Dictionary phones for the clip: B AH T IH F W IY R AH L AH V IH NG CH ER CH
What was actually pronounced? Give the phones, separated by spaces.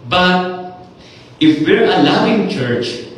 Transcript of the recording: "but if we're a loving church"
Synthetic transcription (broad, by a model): B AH T IH F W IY R AH L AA W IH NG CH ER CH